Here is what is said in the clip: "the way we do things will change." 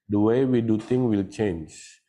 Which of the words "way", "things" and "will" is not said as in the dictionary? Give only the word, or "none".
things